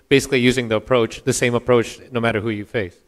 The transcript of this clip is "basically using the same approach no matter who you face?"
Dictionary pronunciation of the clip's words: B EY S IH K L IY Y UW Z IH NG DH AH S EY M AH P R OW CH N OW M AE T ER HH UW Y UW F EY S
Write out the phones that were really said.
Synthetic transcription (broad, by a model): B EY S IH K L IY Y UW Z IH NG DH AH S EY M AH P R OW CH N OW M AE T ER HH UW Y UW F EY S